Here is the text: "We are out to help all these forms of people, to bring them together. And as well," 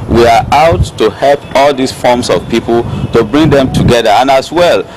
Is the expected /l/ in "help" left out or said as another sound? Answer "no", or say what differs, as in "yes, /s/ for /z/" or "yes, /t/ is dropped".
no